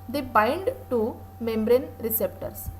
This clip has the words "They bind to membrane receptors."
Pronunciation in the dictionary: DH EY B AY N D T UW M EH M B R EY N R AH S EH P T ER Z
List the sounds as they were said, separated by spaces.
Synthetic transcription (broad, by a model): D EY B AY N D T UW M EH M B R EY N R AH S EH P T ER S